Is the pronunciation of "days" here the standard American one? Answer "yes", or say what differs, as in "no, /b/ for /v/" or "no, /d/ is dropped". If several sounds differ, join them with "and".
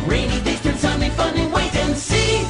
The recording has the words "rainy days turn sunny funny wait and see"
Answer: no, /s/ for /z/